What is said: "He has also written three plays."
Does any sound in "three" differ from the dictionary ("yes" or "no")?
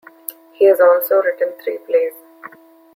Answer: yes